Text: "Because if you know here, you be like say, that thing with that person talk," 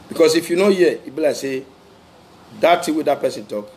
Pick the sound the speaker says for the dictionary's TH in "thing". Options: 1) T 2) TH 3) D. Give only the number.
1